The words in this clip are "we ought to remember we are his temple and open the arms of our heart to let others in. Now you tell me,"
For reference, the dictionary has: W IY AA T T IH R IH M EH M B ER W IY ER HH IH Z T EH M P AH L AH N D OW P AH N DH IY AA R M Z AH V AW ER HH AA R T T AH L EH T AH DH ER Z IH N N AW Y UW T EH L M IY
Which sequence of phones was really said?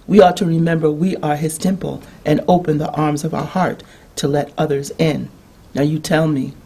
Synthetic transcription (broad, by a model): W IY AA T T IH R IH M EH M B ER W IY ER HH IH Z T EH M P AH L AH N OW P AH N DH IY AA R M Z AH V AW ER HH AA R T T AH L EH T AH DH ER Z IH N N AW Y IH T EH L M IY